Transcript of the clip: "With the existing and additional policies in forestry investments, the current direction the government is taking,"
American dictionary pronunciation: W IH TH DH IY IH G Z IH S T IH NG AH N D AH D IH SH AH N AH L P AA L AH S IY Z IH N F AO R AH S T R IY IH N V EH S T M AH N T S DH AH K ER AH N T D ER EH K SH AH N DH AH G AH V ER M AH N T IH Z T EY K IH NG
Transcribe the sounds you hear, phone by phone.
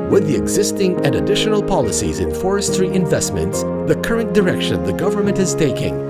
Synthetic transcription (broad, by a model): W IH DH IY IH G Z IH S T IH NG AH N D AH D IH SH AH N AH L P AA L AH S IY Z IH N F AO R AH S T R IY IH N V EH S T M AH N T S DH AH K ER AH N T D ER EH K SH AH N DH AH G AH V ER M AH N T IH Z T EY K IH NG